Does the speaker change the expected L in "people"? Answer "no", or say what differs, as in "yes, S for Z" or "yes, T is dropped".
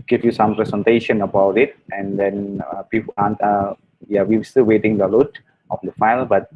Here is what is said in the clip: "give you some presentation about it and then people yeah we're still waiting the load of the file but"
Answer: yes, N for L